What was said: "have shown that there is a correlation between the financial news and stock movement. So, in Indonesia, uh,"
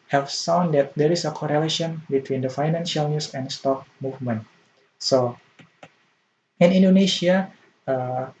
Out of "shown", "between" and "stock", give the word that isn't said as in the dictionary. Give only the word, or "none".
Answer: shown